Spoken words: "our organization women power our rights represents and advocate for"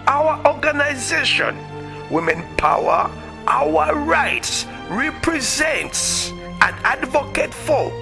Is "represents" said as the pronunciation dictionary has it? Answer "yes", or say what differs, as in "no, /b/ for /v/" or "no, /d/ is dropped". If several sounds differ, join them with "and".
yes